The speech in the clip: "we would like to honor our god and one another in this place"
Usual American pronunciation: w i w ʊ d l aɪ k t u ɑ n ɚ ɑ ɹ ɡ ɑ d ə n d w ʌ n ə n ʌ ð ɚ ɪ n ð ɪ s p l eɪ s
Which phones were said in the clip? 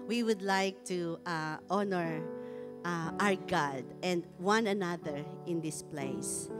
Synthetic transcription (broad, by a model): w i w ʊ d l aɪ k t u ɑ n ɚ ɑ ɹ ɡ ɑ d ə n d w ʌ n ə n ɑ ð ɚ ɪ n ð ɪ s p l eɪ s